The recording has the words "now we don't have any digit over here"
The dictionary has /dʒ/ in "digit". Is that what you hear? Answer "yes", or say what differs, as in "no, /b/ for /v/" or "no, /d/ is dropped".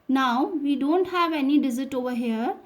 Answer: no, /z/ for /dʒ/